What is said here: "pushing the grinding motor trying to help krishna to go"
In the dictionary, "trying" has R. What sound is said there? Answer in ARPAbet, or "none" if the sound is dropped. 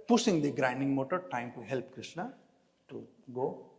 none